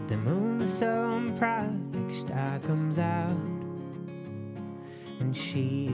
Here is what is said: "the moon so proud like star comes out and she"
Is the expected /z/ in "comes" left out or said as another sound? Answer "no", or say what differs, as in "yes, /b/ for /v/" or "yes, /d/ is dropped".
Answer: no